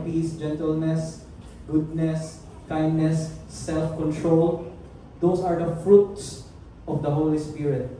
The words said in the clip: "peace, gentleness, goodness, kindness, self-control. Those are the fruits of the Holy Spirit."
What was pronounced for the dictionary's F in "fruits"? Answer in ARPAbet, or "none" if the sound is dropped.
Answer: F